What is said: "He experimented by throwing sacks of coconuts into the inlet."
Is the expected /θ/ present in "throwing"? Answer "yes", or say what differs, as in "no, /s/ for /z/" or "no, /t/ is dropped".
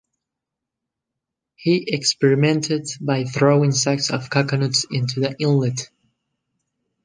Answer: yes